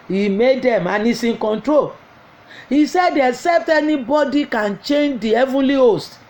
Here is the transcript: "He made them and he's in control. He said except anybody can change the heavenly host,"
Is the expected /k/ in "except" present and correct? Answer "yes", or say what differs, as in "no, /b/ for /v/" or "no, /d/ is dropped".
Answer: no, /k/ is dropped